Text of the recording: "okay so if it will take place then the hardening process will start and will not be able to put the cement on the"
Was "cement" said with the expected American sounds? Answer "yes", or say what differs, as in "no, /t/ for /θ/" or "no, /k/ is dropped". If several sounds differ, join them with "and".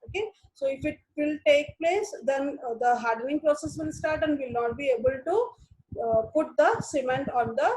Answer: yes